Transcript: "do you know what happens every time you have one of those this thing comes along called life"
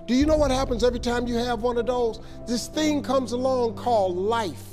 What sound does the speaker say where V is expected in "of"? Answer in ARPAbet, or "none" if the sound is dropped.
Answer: V